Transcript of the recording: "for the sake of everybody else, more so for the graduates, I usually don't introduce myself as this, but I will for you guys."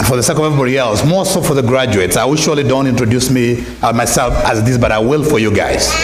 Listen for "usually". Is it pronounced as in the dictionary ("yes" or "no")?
no